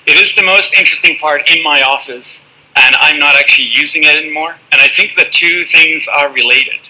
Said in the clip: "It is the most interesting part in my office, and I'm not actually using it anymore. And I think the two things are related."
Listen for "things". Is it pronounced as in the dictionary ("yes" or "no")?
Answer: yes